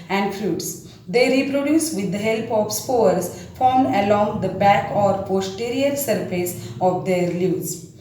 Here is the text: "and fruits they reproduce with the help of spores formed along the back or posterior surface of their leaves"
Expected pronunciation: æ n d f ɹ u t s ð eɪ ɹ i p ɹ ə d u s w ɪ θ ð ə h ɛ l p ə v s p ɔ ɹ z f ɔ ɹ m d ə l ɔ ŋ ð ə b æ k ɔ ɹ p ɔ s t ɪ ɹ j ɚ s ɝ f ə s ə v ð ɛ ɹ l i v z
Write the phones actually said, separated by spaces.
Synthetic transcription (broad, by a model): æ n d f ɹ u t s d eɪ ɹ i p ɹ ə d u s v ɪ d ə h ɛ l p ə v s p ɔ ɹ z f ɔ ɹ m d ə l ɔ ŋ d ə b æ k ɔ ɹ p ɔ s t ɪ ɹ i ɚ s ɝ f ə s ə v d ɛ ɹ l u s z